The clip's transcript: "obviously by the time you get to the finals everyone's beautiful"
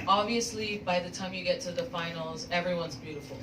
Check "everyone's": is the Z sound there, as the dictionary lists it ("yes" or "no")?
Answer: yes